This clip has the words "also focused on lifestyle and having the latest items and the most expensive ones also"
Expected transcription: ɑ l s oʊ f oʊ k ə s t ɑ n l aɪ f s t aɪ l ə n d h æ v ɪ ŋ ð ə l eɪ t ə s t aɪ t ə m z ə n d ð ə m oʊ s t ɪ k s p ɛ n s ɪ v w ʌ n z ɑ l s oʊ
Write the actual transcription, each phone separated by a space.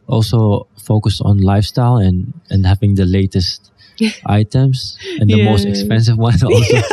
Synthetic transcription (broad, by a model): ɑ l s oʊ f oʊ k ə s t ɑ n l aɪ f s t aɪ l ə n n h æ v ɪ ŋ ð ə l eɪ t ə s t aɪ t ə m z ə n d ð ə m oʊ s t ɪ k s p ɛ n s ɪ v w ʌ n ɑ l s oʊ